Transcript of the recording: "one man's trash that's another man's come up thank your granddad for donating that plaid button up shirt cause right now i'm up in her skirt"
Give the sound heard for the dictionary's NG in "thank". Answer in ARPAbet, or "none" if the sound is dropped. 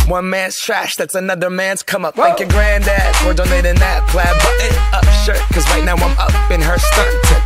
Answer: none